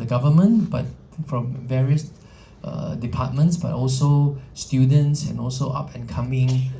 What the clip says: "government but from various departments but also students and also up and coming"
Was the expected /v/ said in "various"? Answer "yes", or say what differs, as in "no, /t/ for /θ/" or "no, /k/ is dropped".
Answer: yes